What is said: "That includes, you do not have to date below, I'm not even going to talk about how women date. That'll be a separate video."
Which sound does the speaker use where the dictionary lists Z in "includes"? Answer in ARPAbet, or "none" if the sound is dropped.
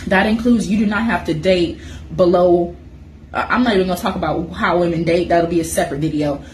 Z